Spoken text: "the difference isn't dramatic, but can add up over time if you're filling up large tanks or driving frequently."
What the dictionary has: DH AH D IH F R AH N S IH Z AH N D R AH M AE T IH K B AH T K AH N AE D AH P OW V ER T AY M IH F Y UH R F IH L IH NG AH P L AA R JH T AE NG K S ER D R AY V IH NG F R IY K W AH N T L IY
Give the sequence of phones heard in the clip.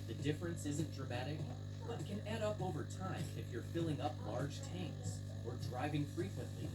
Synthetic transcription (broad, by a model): DH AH D IH F R AH N S IH Z AH N D R AH M AE T IH K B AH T K AH N AE D AH P OW V ER T AY M IH F Y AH R F IH L IH NG AH P L AA R JH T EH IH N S ER D R AY V IH NG F R IY K W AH N T L IY